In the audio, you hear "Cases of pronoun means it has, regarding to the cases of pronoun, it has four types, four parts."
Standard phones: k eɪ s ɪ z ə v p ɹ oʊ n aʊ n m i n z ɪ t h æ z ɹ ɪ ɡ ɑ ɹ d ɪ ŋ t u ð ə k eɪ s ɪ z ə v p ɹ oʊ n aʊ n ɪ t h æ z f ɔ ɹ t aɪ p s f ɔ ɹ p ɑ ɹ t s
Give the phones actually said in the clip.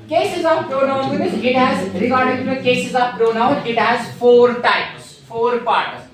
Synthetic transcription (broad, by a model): k eɪ s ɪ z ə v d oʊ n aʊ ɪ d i z ɪ t h æ z ɹ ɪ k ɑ ɹ d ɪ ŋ t u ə k eɪ s ɪ z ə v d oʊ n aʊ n ɪ t h æ z f ɔ ɹ t aɪ p s f ɔ ɹ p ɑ ɹ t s